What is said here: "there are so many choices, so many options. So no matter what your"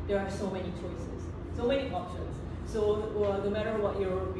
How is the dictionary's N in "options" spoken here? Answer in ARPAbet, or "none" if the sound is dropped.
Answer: none